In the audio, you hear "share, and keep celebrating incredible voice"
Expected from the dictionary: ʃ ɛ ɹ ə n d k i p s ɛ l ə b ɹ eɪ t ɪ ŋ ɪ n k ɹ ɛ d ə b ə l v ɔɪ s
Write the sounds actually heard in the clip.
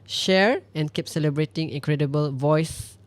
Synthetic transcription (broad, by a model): ʃ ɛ ɹ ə n k i p s ɛ l ə b ɹ eɪ t ɪ ŋ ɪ k ɹ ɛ d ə b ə l v ɔɪ s